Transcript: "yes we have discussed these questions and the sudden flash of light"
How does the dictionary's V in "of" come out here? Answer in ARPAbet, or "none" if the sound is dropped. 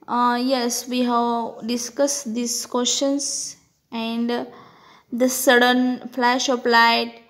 P